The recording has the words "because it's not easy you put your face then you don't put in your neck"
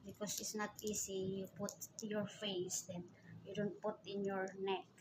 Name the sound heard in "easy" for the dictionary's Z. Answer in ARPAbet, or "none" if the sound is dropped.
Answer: S